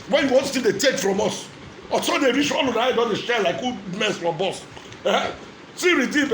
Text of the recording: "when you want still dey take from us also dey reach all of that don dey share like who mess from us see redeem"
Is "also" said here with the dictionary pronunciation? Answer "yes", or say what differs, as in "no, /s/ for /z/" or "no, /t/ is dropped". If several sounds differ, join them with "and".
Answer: no, /l/ is dropped